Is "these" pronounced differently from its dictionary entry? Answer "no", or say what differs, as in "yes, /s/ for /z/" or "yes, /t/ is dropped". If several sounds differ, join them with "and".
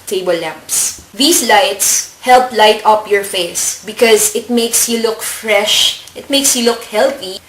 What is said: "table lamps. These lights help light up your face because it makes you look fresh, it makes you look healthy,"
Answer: yes, /s/ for /z/